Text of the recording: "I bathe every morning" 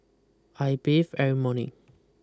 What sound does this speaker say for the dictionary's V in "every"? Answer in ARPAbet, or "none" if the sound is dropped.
none